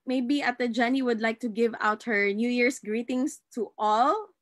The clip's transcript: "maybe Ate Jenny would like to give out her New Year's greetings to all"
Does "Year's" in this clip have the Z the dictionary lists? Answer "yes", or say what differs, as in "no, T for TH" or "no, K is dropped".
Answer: no, S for Z